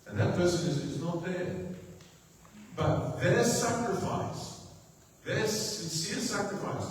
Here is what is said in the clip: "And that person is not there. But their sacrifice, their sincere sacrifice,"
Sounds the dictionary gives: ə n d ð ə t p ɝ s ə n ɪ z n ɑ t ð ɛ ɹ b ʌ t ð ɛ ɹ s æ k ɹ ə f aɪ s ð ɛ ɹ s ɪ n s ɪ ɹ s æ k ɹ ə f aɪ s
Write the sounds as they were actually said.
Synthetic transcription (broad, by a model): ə n ð ə t p ɝ s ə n ɪ z n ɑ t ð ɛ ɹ b ʌ t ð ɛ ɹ s æ k ɹ ə f aɪ s ð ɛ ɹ s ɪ n s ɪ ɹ s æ k ɹ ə f aɪ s